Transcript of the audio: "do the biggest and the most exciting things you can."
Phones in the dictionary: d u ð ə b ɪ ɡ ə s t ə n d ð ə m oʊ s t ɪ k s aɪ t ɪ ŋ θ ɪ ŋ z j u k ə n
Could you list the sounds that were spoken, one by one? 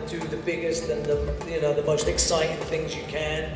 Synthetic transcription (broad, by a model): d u ð ə b ɪ ɡ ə s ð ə n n ð ə m oʊ s t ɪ k s aɪ t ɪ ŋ θ ɪ ŋ z j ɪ k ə n